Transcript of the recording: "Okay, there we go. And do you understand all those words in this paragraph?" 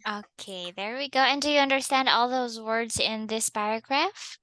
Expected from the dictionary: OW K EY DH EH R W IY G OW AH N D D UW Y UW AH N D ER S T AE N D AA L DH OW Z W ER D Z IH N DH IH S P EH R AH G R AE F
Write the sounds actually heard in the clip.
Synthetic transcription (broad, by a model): OW K EY DH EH R W IY G OW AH N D D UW Y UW AH N D ER S T AE N D AA L DH OW Z W ER D Z IH N DH IH S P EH R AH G R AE F